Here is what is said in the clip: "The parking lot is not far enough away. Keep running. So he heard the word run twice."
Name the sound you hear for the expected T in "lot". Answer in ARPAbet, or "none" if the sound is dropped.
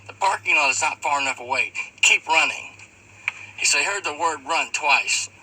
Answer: none